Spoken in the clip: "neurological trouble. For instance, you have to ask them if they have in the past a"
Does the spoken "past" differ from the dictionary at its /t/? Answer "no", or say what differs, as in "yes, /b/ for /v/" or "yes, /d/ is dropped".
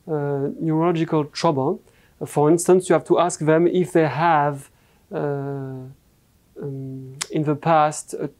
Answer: no